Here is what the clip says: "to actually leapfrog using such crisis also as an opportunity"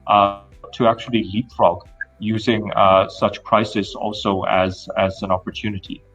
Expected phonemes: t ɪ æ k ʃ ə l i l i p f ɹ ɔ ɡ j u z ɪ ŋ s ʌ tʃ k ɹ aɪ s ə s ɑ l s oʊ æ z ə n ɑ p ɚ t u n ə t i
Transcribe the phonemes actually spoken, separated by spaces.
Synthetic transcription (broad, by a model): t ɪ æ k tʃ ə l i l i p f ɹ ɔ ɡ j u z ɪ ŋ s ʌ tʃ k ɹ aɪ s ə s ɑ l s oʊ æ z ə n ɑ p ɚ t u n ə t i